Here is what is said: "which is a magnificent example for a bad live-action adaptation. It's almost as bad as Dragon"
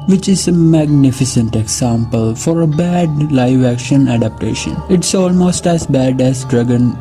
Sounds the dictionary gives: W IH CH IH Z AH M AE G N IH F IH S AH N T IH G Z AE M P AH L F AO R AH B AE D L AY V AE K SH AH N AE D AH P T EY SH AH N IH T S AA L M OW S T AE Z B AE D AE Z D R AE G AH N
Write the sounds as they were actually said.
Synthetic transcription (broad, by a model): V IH CH IH Z AH M AE G N IH F IH S AH N T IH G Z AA M P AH L F AO R AH B AE D L AY V AE K SH AH N AE D AH P T EY SH AH N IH T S AA L M OW S T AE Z B AE D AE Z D R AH G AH N